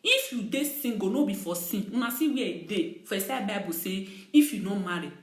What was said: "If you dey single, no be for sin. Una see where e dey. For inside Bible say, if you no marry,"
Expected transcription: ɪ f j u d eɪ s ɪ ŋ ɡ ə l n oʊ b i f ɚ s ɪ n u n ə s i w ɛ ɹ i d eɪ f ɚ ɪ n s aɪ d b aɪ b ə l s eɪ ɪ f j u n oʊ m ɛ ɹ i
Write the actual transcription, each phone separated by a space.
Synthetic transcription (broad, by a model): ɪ f j u d eɪ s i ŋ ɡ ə n oʊ b i f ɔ s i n u n ə s i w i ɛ d eɪ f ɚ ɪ s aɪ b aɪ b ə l s eɪ ɪ f j u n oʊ m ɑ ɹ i